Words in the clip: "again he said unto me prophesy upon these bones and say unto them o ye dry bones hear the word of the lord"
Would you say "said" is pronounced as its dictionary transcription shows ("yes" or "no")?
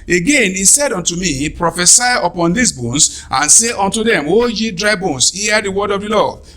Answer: yes